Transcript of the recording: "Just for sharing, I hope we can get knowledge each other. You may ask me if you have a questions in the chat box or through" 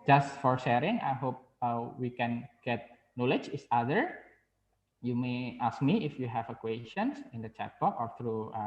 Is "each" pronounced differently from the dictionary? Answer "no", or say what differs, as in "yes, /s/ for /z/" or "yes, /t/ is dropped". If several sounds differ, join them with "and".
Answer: yes, /s/ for /tʃ/